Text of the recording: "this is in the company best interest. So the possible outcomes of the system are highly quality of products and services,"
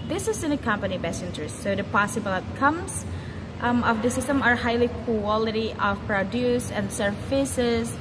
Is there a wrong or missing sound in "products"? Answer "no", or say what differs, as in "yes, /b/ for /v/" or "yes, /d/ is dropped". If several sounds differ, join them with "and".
yes, /k/ is dropped